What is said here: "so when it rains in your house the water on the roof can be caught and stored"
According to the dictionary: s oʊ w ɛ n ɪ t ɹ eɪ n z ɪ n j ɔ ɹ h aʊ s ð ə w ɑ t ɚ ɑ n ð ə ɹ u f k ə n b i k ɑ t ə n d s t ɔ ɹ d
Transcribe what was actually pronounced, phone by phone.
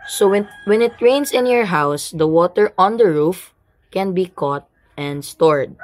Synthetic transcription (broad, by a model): s oʊ w ɛ n ɪ t ɹ eɪ n s ɪ n j ɔ ɹ h aʊ s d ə w ɑ t ɚ ɑ n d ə ɹ u f k ə n b i k ɑ t ə n d s t ɔ ɹ d